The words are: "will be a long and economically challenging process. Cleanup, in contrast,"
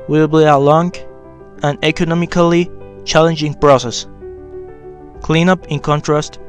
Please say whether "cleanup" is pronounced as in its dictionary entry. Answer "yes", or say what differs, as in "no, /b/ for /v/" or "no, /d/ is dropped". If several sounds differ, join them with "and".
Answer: yes